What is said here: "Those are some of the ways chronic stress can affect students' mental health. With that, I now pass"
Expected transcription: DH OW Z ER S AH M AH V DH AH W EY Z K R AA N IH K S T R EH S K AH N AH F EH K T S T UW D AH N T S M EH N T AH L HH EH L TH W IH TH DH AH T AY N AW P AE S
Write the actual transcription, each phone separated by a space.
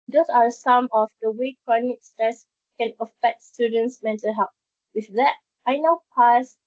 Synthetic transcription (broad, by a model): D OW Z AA S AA M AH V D AH W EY K R AA N IH K S T R EH S K AH N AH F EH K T S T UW D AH N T S M EH N T AH L HH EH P W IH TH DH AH T AY N AW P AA S